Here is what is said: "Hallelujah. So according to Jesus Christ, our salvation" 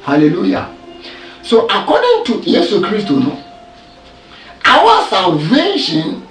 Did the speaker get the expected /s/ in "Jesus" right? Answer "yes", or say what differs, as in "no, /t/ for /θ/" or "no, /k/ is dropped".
no, /s/ is dropped